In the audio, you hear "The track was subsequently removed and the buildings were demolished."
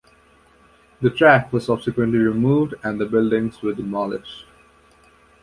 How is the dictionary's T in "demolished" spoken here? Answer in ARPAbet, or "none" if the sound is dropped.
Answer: none